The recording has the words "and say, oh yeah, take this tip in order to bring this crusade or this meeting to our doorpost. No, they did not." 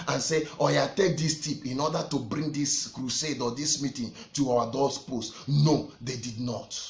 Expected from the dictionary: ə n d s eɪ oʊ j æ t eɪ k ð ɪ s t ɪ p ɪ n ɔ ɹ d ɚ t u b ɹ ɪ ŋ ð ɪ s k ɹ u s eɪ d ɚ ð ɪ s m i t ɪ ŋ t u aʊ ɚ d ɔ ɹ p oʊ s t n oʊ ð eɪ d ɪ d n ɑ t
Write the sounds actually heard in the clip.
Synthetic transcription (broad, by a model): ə n s eɪ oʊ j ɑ t eɪ k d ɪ s t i p ɪ n ɔ d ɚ t u b ɹ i ŋ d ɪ s k ɹ u s eɪ d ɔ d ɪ s m i t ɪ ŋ t u aʊ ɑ d ɔ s p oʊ s t n oʊ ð eɪ d ɪ d n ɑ t